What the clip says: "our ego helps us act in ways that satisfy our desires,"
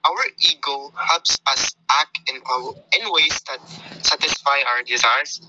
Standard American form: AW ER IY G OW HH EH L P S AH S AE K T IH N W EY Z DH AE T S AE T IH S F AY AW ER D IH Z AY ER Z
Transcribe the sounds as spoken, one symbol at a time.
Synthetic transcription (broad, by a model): AW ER IY G OW HH EH L P S AH S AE K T IH N W EY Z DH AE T S AE T IH S F AY AW ER D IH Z AY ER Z